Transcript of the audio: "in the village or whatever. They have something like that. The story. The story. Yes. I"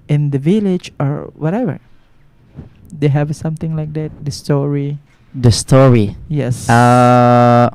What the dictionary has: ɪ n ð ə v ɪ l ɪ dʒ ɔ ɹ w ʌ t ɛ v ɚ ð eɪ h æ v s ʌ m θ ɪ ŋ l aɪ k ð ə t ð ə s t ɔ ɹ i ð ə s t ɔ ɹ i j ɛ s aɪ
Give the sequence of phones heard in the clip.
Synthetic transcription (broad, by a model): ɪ n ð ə v ɪ l ɪ dʒ ɔ ɹ w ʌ t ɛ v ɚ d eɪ h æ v s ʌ m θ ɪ ŋ l aɪ k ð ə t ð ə s t ɔ ɹ i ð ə s t ɔ ɹ i j ɛ s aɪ